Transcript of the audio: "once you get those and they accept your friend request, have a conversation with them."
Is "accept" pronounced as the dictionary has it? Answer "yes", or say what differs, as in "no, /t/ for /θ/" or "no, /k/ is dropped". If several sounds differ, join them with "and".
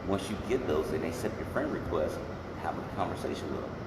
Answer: no, /k/ is dropped